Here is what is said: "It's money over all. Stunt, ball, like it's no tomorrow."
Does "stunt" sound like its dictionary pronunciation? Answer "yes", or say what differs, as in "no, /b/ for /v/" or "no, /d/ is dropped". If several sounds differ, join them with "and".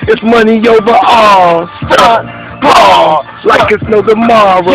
no, /n/ is dropped